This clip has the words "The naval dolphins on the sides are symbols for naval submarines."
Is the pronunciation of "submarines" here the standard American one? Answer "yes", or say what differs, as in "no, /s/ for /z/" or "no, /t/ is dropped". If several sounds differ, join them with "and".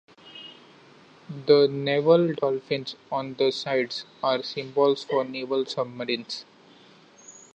no, /s/ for /z/